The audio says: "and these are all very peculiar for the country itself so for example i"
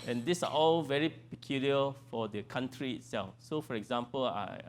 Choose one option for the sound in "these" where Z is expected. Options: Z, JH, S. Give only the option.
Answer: S